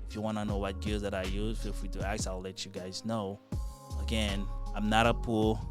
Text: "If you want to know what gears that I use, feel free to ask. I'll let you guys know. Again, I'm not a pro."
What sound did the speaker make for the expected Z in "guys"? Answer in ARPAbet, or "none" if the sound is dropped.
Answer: Z